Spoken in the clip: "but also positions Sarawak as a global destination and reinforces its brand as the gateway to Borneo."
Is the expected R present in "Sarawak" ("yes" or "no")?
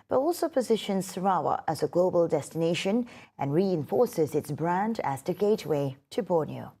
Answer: no